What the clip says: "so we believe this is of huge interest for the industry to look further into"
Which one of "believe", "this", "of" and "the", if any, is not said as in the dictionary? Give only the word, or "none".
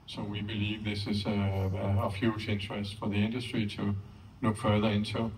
of